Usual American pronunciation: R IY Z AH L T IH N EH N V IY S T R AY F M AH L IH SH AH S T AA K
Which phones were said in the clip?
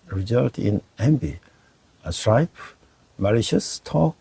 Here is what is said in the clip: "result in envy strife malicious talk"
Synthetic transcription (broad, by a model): R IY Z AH L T IH N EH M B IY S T R AY P M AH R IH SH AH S T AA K